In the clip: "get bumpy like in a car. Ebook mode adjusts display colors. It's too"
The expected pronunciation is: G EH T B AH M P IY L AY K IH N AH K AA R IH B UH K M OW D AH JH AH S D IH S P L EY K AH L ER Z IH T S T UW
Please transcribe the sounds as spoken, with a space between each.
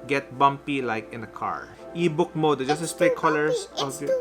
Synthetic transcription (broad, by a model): G EH T B AH M P IY L AY K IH N AH K AA R IH B UH K M OW D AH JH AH S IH S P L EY K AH L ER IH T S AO